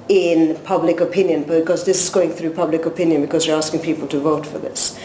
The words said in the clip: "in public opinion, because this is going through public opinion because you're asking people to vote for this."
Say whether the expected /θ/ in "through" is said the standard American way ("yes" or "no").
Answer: yes